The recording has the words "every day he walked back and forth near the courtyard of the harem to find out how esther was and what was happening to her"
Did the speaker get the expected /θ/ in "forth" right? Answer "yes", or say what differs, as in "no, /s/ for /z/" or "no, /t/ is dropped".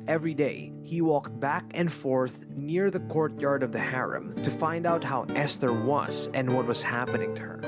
yes